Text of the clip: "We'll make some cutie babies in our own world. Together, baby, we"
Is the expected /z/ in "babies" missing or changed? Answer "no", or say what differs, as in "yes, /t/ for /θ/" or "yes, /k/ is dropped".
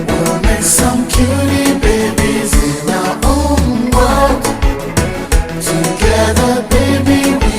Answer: no